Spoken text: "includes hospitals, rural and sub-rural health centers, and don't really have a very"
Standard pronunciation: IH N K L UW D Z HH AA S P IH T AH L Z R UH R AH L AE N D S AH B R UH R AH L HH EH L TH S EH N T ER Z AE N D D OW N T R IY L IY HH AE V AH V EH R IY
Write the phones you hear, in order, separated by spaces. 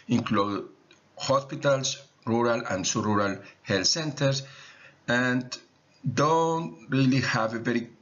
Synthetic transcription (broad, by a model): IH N K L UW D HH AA S P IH T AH L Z R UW R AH L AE N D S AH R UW R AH L HH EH L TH S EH N T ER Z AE N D D OW N T R IY L IY HH AE V AH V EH R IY